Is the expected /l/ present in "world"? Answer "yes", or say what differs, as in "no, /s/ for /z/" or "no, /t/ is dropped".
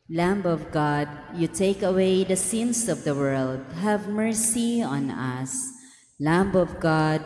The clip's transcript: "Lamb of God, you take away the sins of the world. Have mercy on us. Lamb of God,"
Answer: yes